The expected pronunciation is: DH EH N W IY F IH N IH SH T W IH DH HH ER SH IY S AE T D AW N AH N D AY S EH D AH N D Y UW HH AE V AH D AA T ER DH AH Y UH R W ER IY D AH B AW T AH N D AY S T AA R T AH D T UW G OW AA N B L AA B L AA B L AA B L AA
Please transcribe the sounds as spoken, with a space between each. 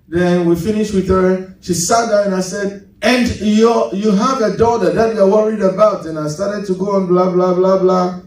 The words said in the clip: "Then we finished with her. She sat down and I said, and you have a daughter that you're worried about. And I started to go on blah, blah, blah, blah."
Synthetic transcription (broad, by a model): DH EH N W IY F IH N IH SH T W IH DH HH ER SH IY S AE T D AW AH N AY S EH D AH N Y Y UW HH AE V AH D AA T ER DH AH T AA W ER IY D AH B AW T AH N AY S T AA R T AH D T UW G OW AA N B L AA B L AA B L AA B L AA